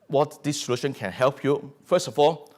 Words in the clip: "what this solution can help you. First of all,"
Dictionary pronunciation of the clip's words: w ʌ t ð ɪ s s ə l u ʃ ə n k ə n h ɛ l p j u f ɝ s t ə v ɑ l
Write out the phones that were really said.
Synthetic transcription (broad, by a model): w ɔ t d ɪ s s ə l u ʃ ə n k ə n h ɛ l p j u f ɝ s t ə f ɑ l